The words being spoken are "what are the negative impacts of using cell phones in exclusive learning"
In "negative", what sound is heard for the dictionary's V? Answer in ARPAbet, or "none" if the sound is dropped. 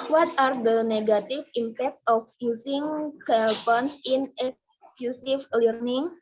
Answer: F